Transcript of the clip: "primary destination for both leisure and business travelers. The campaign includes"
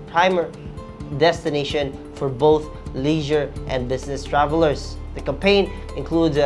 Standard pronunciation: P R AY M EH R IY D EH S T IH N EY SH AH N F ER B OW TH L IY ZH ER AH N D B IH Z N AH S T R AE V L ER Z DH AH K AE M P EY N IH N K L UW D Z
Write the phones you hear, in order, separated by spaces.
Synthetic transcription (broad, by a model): P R AY M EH R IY D EH S T IH N EY SH AH N F ER B OW TH L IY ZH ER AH N B IH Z N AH S T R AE V L ER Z DH AH K AE M P EY N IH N K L UW D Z